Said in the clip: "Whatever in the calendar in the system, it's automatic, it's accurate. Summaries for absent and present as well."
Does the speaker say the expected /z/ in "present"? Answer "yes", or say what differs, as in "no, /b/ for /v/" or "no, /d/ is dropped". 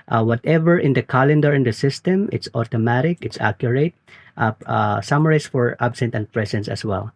no, /s/ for /z/